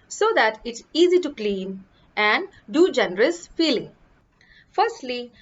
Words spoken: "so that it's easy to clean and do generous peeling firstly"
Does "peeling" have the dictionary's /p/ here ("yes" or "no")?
no